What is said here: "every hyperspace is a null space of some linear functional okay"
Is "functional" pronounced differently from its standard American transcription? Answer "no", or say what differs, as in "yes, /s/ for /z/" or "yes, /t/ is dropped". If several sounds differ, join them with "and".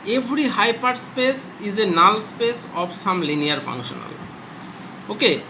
yes, /k/ is dropped